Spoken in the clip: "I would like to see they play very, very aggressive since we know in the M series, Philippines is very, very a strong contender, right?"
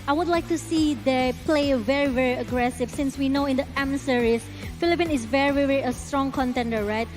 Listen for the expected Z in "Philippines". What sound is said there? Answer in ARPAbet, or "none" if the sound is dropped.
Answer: none